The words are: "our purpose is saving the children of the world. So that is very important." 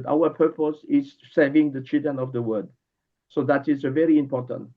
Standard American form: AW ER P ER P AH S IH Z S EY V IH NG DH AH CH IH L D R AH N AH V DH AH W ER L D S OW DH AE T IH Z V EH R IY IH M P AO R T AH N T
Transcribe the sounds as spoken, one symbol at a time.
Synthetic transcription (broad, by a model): AW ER P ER P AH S IH Z S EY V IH NG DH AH CH IH L D R AH N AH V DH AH W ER D S OW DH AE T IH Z V EH R IY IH M P AO R T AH N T